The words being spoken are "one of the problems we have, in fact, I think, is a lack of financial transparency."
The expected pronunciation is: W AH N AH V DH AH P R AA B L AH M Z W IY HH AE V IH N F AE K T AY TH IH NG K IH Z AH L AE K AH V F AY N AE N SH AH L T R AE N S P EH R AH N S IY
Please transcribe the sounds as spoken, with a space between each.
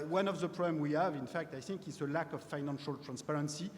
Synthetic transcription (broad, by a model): W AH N AH V DH AH P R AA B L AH M W IY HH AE V IH N F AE K T AY TH IH NG K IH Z AH L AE K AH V F AY N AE N SH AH L T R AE N S P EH R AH N S IY